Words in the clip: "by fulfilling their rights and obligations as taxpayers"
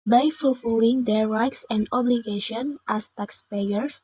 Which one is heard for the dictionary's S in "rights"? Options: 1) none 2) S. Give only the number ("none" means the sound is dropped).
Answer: 2